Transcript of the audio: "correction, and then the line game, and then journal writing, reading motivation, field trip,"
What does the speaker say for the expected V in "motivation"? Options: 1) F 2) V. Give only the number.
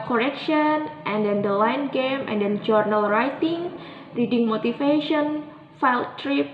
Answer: 1